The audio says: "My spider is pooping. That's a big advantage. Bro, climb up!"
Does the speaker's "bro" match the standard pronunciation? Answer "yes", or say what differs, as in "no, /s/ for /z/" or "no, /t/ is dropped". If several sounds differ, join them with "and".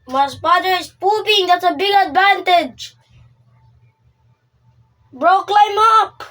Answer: yes